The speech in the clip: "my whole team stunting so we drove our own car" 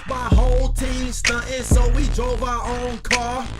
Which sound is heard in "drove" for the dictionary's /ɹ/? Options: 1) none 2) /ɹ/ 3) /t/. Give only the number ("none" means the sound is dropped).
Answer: 2